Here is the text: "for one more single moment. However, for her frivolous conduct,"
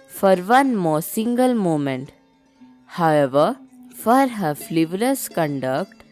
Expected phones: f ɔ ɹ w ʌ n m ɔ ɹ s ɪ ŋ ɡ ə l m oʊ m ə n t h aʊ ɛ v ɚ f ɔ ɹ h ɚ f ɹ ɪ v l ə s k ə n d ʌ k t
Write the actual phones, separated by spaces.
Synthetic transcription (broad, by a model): f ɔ ɹ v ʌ n m ɔ ɹ s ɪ ŋ ɡ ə l m oʊ m ə n t h aʊ ɛ v ɚ f ɔ ɹ h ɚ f l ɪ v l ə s k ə n d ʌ k t